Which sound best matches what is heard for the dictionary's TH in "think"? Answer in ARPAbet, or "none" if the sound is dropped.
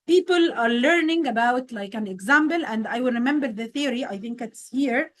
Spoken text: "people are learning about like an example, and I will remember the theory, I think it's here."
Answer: TH